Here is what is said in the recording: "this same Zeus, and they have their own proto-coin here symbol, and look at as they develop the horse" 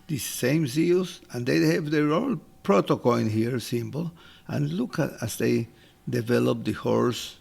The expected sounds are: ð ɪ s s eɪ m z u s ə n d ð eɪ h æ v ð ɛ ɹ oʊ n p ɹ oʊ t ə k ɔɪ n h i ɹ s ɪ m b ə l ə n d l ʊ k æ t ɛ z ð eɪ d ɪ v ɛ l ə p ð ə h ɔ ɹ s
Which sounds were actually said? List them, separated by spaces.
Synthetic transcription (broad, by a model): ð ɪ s s eɪ m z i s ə n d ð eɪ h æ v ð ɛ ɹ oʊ l p ɹ oʊ t ə k ɔɪ n h i ɹ s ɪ m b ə l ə n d l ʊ k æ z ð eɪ d ɪ v ɛ l ə p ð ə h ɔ ɹ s